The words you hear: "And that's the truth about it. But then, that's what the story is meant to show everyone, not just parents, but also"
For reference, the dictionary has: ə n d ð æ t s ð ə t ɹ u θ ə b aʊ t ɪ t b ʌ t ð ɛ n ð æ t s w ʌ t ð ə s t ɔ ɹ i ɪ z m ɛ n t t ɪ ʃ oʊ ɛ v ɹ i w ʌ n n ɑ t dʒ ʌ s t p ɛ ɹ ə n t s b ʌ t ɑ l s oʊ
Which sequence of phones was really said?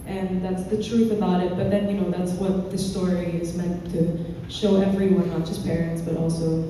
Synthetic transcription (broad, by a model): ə n ð æ t s ð ə t ɹ u θ ə b aʊ t ɪ t b ʌ t ð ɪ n ð æ t s w ʌ t ð ə s t ɔ ɹ i ɪ z m ɛ n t t ɪ ʃ oʊ ɛ v ɹ i w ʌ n n ɑ t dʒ ʌ s p ɛ ɹ ə n t s b ʌ t ɑ l s oʊ